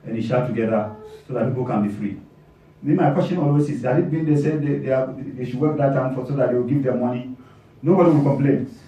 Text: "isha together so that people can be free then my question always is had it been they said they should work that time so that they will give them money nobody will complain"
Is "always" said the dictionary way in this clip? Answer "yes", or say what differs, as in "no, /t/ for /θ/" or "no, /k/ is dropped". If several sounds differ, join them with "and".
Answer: no, /s/ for /z/